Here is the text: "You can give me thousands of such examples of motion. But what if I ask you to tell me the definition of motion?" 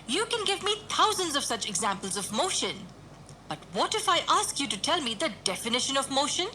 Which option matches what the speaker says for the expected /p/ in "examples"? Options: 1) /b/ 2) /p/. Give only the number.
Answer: 2